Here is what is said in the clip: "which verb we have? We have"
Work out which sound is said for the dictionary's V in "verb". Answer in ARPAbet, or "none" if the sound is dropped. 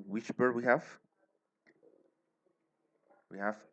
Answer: B